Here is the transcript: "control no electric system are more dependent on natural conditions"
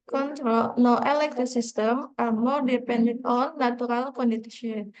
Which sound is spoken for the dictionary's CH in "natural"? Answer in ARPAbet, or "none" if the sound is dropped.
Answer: none